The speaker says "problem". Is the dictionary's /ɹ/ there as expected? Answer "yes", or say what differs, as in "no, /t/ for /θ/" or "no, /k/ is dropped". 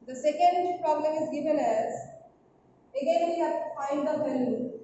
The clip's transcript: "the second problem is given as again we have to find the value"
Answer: yes